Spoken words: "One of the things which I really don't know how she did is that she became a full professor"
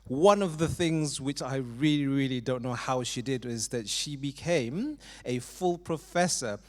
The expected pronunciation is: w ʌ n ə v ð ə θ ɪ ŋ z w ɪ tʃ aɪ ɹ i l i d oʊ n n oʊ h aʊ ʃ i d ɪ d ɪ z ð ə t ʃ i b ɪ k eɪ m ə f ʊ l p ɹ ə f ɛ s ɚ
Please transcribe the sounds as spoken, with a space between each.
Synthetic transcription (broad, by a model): w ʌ n ə v ð ə θ ɪ ŋ z w ɪ tʃ aɪ ɹ i l i d oʊ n n oʊ h aʊ ʃ i d ɪ d ɪ z ð ə t ʃ i b ɪ k eɪ m ə f ʊ l p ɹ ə f ɛ s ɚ